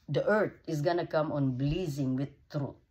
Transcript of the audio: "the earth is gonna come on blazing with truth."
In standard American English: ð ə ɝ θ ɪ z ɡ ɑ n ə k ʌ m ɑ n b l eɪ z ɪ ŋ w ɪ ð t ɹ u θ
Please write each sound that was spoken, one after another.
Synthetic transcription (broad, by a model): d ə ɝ t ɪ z ɡ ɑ n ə k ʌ m ɑ n b l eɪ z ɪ ŋ w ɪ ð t ɹ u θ